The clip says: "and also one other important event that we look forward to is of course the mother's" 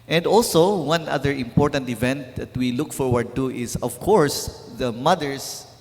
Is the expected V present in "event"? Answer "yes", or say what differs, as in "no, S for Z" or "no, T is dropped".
yes